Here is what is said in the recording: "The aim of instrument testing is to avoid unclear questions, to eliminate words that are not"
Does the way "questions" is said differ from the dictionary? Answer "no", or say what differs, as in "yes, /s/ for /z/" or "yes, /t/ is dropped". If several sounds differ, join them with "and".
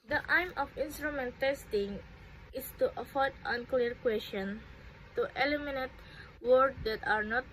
yes, /z/ is dropped